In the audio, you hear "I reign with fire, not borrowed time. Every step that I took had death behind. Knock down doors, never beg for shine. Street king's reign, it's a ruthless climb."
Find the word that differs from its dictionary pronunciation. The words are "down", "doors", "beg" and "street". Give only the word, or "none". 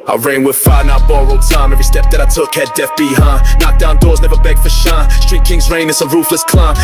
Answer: none